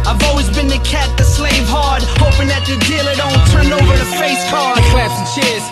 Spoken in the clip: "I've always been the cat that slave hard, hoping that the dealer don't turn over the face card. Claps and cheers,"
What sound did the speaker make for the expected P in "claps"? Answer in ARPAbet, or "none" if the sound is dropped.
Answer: none